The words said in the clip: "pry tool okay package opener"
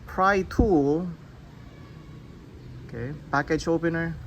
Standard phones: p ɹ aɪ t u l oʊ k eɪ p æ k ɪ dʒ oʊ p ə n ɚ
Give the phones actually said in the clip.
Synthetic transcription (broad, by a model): p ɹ aɪ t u l oʊ k eɪ b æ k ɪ tʃ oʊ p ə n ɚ